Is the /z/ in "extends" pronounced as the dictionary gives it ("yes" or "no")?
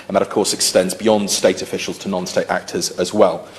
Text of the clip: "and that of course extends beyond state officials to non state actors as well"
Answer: yes